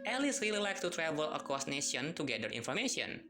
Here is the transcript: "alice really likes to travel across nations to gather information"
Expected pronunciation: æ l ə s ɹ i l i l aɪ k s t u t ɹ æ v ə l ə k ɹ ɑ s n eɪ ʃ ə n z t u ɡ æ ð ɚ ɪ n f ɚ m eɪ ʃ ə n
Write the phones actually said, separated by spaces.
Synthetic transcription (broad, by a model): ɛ l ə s ɹ i l i l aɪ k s t u t ɹ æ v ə l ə k ɑ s n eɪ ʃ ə n t u ɡ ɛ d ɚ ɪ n f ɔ m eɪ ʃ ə n